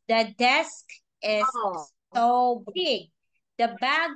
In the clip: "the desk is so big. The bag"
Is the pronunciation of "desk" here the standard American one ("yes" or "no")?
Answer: yes